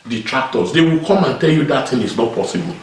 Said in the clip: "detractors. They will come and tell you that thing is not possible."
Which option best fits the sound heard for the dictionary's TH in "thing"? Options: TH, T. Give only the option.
T